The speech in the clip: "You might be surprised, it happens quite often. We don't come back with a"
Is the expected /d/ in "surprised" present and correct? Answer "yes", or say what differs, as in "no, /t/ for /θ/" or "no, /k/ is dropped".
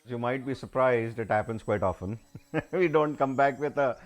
yes